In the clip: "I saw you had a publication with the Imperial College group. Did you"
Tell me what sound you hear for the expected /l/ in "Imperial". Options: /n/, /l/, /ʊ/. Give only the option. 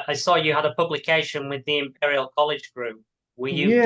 /l/